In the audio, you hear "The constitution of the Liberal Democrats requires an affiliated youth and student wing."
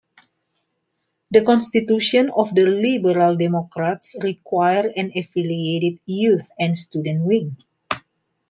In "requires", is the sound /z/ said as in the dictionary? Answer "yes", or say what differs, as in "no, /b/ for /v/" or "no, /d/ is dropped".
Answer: no, /z/ is dropped